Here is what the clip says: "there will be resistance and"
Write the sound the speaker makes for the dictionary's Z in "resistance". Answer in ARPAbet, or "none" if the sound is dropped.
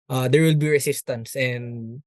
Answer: S